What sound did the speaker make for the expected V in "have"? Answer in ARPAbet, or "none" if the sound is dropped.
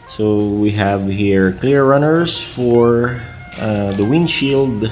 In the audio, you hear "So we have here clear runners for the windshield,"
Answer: V